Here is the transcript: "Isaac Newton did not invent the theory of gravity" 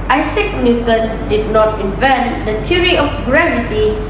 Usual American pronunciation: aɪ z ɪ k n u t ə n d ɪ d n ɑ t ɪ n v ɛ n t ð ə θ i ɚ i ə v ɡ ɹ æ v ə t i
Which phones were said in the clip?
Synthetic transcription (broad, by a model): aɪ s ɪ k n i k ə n d ɪ d n ɑ t ɪ n v ɛ n t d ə t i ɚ i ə f ɡ ɹ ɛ v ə t i